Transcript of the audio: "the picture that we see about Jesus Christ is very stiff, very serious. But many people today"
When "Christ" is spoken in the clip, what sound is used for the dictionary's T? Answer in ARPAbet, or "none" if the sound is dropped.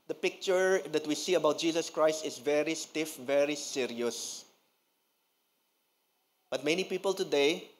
T